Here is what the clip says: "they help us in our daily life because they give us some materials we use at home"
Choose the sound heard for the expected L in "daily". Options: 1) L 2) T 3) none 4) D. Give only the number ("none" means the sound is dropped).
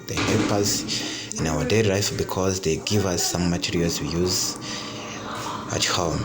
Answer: 3